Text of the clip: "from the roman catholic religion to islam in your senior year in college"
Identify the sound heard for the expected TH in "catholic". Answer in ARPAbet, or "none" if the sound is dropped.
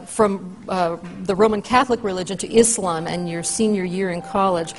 TH